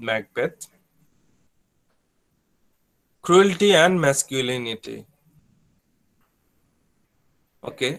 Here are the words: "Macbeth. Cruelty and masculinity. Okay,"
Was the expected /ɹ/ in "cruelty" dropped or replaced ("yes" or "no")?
no